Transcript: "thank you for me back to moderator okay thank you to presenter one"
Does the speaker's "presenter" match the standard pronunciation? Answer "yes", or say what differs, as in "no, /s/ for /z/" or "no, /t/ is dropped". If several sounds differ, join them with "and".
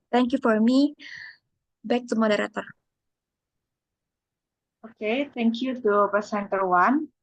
no, /s/ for /z/